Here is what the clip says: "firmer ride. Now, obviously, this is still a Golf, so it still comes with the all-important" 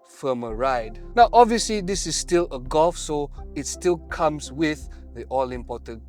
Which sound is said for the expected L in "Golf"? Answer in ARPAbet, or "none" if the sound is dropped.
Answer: L